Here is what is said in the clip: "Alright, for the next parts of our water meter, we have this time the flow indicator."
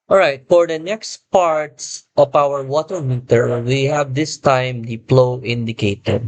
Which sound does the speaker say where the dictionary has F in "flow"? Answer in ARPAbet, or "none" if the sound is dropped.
P